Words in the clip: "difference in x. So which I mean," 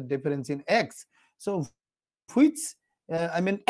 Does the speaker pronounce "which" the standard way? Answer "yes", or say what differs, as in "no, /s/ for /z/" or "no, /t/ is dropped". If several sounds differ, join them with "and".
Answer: no, /s/ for /tʃ/